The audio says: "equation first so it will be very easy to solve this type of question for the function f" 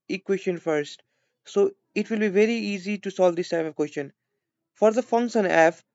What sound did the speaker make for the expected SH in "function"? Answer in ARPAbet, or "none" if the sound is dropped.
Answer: S